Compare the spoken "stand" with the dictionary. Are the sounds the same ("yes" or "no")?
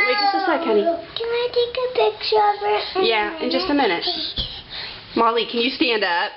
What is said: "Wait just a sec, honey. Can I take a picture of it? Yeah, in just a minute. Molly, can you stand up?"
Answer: yes